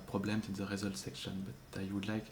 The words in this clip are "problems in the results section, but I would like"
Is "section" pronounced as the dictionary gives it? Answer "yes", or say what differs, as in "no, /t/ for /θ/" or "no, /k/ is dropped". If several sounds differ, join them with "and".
yes